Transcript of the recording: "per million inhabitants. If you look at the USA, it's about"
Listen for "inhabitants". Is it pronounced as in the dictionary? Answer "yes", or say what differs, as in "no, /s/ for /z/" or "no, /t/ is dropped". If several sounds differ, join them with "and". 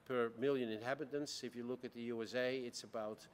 yes